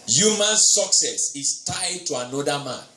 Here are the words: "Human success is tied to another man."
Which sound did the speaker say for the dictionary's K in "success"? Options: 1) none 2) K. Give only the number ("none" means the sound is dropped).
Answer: 2